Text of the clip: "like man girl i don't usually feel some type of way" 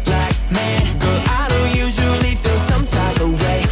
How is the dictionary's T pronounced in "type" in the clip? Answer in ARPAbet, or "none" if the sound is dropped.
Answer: S